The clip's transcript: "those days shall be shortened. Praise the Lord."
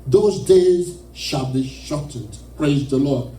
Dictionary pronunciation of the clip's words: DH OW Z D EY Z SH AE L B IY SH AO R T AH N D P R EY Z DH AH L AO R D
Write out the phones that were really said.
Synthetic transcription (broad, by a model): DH OW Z D EY Z SH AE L B IY SH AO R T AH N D P R EY Z DH AH L AO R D